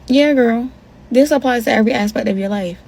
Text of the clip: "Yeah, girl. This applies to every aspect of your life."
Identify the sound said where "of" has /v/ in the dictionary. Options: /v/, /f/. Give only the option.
/v/